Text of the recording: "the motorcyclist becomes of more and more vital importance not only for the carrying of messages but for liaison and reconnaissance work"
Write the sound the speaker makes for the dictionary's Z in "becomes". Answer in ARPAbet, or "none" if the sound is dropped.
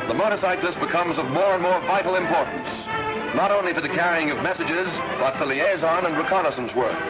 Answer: Z